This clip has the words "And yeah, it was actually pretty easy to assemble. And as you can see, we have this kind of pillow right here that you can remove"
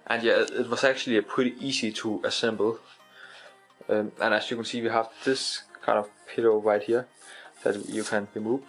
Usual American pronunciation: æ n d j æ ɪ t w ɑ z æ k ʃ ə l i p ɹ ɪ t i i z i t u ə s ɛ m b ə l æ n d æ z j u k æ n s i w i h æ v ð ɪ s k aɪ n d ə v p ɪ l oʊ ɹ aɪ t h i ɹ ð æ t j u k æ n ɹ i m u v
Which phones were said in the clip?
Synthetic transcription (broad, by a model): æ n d j æ ɪ t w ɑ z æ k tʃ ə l i p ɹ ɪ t i i s i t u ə s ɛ m b l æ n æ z j u k æ n s i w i h æ v ð ɪ s k aɪ n d ə v p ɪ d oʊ ɹ aɪ t h i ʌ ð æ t j u k æ n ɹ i m u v